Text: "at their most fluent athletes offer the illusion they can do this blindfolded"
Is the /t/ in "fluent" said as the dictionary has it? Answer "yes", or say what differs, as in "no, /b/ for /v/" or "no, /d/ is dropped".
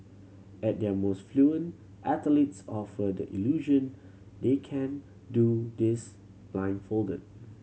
yes